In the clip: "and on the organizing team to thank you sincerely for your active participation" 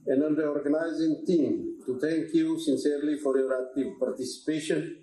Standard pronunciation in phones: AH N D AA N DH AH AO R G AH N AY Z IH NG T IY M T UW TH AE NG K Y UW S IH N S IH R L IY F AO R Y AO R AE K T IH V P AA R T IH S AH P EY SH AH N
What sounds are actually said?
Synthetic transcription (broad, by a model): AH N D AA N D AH AO R G AH N AY Z IH NG T IY M T UW T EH NG K Y UW S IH N S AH R L IY F AO R Y AO R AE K T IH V P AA R T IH S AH P EY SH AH N